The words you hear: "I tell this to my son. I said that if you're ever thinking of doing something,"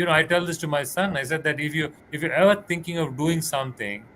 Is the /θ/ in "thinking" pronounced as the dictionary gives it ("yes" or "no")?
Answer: no